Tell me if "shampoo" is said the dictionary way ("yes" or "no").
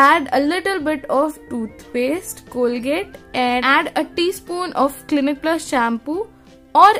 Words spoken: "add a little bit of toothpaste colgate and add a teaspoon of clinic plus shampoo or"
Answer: yes